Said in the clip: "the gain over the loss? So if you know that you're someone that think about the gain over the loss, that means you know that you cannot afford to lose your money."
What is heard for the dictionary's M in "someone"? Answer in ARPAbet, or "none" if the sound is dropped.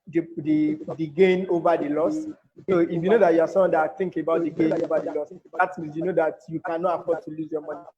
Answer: none